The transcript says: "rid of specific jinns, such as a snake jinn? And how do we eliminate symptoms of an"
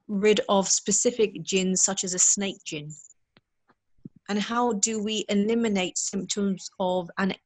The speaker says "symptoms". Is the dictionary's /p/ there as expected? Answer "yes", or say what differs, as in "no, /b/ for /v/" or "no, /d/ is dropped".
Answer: yes